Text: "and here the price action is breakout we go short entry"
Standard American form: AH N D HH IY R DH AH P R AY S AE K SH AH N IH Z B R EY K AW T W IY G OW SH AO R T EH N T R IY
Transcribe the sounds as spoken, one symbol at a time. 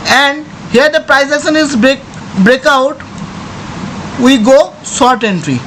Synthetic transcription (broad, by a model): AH N D HH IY R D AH P R AY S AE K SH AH N IH Z B R EY K AW T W IY G OW S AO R T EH N T R IY